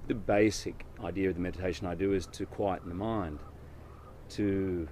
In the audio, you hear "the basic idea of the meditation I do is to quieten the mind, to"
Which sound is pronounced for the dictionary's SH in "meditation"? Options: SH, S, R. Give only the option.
SH